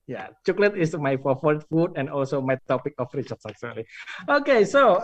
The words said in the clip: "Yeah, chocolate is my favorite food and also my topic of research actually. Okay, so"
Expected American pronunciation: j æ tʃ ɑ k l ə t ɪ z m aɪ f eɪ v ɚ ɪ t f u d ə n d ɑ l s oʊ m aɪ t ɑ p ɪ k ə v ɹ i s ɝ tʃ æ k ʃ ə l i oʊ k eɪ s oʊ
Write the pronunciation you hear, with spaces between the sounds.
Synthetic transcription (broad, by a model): j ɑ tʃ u k l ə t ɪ s m aɪ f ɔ f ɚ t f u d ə n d ɑ l s oʊ m aɪ t ɑ p ɪ k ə f ɹ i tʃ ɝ s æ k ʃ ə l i oʊ k eɪ s oʊ